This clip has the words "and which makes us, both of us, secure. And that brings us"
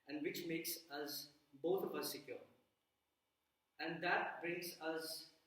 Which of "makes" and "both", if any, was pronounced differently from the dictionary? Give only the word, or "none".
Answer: both